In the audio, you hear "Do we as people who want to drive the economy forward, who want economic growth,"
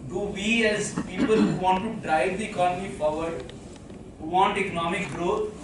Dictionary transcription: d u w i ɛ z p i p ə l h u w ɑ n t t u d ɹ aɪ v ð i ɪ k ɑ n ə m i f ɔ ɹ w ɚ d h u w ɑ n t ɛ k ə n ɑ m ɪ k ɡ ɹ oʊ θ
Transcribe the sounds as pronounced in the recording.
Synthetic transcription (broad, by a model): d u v i ɛ z p i p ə l h u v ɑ n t t u d ɹ aɪ v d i ɪ k ɑ n ə m i p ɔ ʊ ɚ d h u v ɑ n t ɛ k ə n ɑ m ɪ k ɡ ɹ oʊ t